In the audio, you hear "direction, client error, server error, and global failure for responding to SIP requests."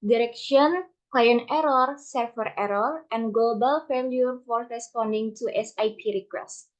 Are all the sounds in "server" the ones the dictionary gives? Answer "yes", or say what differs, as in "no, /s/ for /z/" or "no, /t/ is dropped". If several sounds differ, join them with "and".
no, /f/ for /v/